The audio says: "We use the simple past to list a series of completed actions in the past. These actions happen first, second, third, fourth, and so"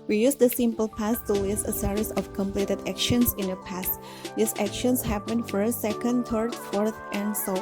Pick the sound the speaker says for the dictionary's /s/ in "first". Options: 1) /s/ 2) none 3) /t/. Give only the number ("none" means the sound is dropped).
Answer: 2